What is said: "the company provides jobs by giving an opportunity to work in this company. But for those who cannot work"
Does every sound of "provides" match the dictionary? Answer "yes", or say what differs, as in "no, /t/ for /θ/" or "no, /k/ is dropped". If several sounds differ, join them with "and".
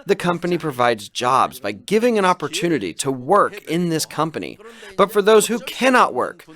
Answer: yes